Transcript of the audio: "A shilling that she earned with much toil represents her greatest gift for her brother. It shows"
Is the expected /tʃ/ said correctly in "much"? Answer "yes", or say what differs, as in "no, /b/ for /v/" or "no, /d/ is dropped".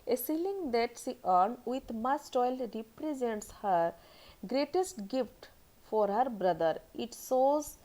no, /s/ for /tʃ/